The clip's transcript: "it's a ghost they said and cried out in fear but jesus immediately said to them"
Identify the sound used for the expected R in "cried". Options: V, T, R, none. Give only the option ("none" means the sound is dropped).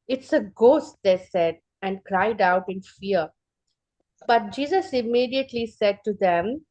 R